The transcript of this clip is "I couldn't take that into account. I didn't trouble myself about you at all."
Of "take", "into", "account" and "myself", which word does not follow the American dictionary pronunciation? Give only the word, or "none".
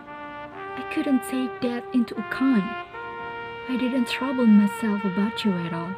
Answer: account